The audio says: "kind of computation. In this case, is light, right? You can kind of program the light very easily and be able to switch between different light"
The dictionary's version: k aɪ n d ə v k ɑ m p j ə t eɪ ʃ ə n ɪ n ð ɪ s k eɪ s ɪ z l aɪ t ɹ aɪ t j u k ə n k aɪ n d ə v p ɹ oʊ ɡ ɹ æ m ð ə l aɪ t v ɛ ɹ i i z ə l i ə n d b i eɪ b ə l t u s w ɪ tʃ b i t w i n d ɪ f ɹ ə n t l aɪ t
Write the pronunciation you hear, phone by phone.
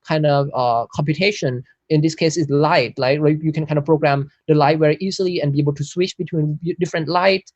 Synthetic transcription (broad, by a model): k aɪ n d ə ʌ k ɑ m p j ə t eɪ ʃ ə n ɪ n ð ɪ s k eɪ s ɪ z l aɪ t l aɪ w j u k ə n k aɪ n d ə p ɹ oʊ ɡ ɹ æ m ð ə l aɪ t w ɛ ɹ i i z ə l i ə n b i eɪ b ə l t u s w ɪ tʃ b i t w i n d ɪ f ɹ ə n t l aɪ t